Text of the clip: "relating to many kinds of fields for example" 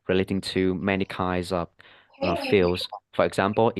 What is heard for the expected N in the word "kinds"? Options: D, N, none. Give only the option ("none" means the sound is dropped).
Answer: none